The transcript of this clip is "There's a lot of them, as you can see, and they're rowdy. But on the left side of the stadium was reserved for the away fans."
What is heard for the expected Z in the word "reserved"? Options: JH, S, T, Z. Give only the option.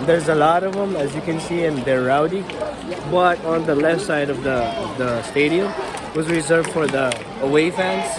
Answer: Z